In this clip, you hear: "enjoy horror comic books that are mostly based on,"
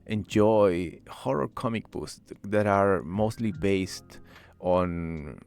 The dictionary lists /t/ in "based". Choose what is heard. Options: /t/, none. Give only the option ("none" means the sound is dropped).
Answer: /t/